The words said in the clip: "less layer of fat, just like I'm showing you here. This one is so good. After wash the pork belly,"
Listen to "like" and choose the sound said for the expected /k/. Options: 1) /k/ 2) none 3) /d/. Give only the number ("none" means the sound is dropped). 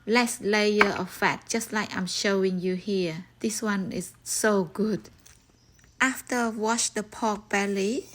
1